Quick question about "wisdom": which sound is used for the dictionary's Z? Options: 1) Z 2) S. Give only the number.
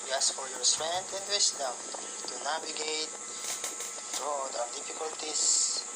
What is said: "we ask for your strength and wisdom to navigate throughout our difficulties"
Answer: 2